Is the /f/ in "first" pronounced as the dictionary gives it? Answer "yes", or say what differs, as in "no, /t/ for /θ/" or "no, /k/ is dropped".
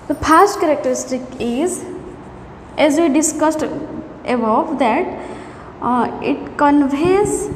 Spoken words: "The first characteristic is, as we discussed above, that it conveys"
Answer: no, /p/ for /f/